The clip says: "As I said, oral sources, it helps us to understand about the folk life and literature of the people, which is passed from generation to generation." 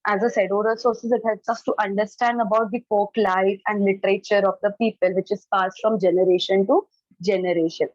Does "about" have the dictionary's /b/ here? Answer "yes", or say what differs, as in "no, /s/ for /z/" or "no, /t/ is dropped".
yes